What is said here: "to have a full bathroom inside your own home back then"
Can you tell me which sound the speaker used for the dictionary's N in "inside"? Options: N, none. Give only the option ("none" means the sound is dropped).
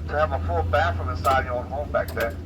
none